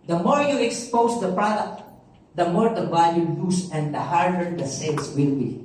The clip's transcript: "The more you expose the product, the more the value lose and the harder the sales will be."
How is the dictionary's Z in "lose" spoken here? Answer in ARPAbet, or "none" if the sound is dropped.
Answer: S